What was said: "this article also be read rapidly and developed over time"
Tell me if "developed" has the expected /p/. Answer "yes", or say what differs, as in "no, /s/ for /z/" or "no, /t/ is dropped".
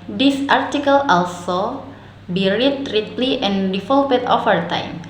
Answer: no, /p/ is dropped